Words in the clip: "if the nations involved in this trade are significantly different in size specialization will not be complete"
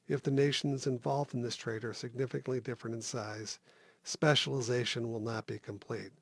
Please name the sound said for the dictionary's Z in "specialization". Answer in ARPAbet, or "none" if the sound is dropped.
Z